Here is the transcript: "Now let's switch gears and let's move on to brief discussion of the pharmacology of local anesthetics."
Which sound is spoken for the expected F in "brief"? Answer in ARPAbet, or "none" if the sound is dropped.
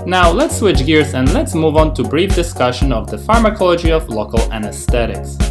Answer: F